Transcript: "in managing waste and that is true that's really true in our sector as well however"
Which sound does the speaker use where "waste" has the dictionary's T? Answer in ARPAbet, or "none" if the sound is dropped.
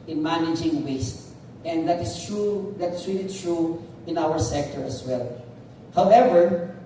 T